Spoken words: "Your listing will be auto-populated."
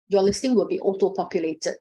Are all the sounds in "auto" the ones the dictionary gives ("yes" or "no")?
yes